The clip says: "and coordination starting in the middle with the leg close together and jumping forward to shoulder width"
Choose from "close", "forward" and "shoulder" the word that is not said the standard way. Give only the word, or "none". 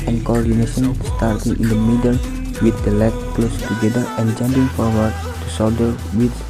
shoulder